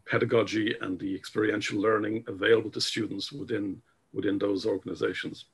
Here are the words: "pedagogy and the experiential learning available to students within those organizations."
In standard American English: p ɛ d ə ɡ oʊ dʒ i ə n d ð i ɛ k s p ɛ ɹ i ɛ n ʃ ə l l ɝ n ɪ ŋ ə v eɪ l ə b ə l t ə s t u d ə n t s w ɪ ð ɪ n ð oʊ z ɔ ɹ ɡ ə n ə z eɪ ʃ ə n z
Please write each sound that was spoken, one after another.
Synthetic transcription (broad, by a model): p ɛ d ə ɡ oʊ dʒ i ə n ð i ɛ k s p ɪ ɹ i ɛ n ʃ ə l l ɝ n ɪ ŋ ə v eɪ l ə b ə l t ə s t u d n t s w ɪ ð ɪ n ð oʊ z ɔ ɹ ɡ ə n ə z eɪ ʃ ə n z